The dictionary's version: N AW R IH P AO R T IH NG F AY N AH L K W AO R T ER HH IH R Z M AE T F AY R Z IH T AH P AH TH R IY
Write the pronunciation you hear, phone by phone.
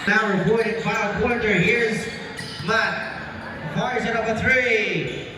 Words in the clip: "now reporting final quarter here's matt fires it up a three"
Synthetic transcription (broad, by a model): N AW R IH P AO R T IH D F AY AH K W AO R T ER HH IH R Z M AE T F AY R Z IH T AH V AH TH R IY